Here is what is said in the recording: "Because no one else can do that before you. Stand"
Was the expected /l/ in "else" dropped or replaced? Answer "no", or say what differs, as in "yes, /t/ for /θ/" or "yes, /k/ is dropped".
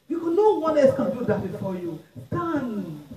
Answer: yes, /l/ is dropped